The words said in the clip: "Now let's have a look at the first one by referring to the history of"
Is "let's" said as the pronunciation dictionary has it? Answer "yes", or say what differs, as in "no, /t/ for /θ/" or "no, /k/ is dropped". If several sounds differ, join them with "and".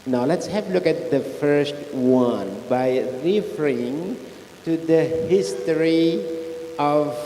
yes